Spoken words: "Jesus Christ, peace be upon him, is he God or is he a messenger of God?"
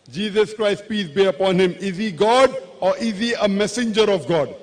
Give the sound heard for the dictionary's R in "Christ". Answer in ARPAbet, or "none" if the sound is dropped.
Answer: R